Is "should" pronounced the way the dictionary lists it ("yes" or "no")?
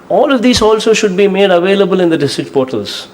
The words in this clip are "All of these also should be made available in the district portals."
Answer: yes